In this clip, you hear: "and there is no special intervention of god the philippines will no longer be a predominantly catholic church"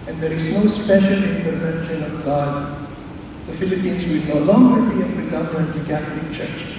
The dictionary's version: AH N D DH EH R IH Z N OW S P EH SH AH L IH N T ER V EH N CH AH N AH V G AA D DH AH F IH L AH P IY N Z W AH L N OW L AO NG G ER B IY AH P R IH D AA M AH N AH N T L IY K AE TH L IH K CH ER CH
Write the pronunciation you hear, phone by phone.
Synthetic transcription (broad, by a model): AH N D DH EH R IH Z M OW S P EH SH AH N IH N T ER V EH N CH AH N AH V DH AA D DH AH F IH L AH P IY N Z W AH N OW L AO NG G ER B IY AH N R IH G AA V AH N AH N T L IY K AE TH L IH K CH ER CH